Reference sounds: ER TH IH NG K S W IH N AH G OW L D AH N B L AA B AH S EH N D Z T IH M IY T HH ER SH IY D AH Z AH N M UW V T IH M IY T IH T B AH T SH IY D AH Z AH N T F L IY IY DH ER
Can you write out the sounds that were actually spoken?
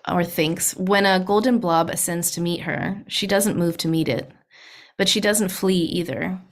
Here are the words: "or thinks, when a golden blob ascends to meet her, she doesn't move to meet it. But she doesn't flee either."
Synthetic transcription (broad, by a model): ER TH IH NG K S W IH N AH G OW L D N B L AA B AH S EH N D Z T IH M IY T HH ER SH IY D AH Z AH N M UW V T IH M IY T IH T B AH T SH IY D AH Z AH N T F L IY IY DH ER